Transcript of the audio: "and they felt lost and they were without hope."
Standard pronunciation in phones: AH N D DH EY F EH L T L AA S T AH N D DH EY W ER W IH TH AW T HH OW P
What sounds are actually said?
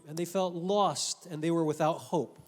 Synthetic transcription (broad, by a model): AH N DH EY F EH L T L AA S T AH N DH EY W ER W IH TH AW T HH OW P